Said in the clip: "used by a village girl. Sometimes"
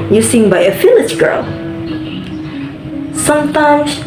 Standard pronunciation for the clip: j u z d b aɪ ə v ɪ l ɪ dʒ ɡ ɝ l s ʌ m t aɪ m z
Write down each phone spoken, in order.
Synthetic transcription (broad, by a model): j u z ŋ b aɪ ə f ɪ l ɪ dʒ ɡ ɝ l s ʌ m t aɪ m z